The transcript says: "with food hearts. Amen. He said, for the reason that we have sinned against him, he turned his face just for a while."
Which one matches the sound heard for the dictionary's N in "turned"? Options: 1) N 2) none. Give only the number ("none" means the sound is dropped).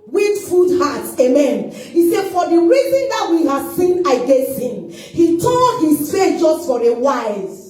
2